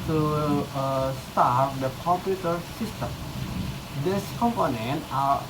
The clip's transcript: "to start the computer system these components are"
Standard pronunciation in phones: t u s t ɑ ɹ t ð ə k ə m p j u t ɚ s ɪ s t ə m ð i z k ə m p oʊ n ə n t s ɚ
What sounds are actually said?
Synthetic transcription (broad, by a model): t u s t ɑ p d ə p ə p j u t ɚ s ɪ s t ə m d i s k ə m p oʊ n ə n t ɚ